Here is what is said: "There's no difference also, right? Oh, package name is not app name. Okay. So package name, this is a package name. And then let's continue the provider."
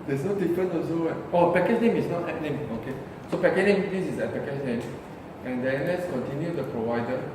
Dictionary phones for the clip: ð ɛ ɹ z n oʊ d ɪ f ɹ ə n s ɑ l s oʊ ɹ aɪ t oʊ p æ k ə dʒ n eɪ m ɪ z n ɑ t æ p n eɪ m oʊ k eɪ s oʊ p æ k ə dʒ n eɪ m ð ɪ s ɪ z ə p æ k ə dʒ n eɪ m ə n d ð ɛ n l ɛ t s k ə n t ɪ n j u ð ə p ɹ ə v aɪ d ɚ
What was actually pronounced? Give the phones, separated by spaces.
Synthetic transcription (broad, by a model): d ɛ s n oʊ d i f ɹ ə n ɑ s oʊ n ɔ oʊ p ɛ k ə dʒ n eɪ m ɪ s n ɑ t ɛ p n eɪ m oʊ k eɪ s oʊ p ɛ k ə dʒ n eɪ m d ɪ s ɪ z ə p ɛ k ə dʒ n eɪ m ə n d ɛ n l ɛ t s k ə n t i n j u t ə p ɹ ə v aɪ d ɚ